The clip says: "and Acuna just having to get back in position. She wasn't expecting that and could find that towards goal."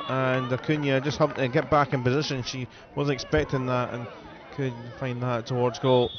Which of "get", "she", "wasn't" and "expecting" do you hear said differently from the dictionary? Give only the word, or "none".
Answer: wasn't